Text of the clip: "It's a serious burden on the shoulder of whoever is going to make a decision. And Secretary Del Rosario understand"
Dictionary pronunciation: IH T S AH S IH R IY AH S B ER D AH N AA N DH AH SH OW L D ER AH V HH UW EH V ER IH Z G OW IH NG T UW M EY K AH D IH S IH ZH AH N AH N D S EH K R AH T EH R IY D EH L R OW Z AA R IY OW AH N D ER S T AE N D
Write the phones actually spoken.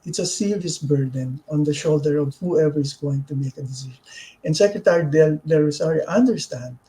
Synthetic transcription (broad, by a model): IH T S AH S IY L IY S B ER D AH N AA N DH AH SH OW L D ER AH V HH UW EH V ER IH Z G OW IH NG T UW M EY K AH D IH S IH SH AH N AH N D S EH K R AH T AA R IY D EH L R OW S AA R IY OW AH N D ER S T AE N D